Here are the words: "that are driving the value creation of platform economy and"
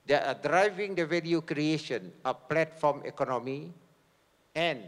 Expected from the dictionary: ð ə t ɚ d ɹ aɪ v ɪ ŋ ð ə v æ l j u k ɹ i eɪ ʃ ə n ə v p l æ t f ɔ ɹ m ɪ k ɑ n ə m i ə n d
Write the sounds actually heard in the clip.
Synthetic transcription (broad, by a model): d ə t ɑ d ɹ aɪ v ɪ ŋ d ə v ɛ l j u k ɹ i eɪ ʃ ə n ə p l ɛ t f ɔ m ɪ k ɑ n ə m i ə n